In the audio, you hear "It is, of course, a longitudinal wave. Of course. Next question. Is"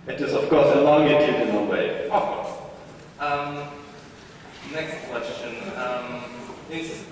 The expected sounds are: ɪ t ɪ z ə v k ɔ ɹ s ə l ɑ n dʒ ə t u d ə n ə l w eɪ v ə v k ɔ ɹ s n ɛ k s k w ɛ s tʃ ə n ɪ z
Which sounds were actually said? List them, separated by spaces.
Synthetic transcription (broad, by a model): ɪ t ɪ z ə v k ɔ ɹ s ə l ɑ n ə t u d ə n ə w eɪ ə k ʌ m n ɛ k s k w ɛ s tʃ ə n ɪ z